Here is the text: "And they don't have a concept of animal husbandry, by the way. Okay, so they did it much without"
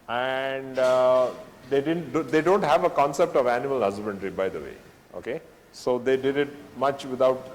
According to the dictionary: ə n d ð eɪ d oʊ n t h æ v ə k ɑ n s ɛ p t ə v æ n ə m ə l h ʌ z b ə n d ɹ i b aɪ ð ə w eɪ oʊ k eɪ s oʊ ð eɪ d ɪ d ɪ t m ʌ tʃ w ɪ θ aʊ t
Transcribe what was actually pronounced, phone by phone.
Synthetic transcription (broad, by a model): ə n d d eɪ d oʊ n t h æ v ə k ɑ n s ɛ p t ə v æ n ə m ə l h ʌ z b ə n d ɹ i b aɪ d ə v eɪ oʊ k eɪ s oʊ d eɪ d ɪ d ɪ t m ʌ tʃ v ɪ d aʊ t